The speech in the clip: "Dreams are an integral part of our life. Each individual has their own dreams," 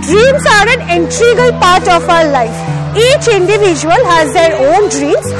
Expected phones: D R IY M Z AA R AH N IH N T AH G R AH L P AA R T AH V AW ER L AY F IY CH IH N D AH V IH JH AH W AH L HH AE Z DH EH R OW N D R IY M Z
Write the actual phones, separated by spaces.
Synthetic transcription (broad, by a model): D R IY M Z AA R AH N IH N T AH G AH L P AA R T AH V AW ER L AY F IY CH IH N D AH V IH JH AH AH L HH AE Z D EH R OW N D R IY M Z